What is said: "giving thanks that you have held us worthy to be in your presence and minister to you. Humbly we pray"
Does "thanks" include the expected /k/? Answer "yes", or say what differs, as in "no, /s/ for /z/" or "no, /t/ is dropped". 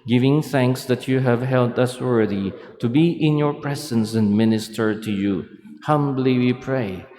yes